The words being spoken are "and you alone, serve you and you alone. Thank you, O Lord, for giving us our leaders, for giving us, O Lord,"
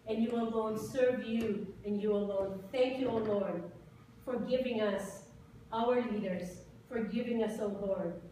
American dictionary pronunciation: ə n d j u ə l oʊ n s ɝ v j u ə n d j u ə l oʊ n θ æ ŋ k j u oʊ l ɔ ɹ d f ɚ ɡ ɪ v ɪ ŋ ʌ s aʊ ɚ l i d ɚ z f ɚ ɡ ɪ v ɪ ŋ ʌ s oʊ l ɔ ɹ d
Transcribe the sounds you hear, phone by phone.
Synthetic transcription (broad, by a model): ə n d j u ə l oʊ n s ɝ v j u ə n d j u ə l oʊ n θ æ ŋ k j u oʊ l ɔ ɹ d f ɚ ɡ ɪ v ɪ ŋ ʌ s aʊ ɚ l i d ɚ z f ɚ ɡ ɪ v ɪ ŋ ʌ s oʊ l ɔ ɹ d